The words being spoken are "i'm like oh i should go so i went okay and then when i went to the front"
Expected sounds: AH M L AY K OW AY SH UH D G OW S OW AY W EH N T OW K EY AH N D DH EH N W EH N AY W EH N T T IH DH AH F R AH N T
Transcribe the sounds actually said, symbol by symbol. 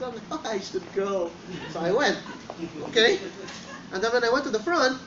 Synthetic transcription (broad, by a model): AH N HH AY UH AY SH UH D G OW S OW AY W EH N T OW K EY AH N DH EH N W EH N AY W EH N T T IH DH AH F R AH N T